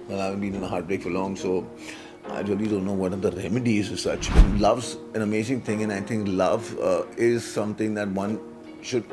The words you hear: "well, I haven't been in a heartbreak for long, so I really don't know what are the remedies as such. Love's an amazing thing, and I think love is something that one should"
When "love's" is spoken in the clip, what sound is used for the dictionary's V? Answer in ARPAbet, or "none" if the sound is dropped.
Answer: V